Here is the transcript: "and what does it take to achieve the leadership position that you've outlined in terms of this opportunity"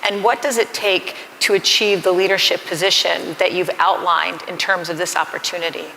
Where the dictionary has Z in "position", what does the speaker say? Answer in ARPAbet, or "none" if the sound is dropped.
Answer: Z